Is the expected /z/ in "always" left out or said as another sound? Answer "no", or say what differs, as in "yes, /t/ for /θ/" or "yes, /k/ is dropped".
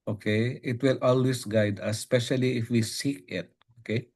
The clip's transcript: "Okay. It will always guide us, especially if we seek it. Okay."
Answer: yes, /s/ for /z/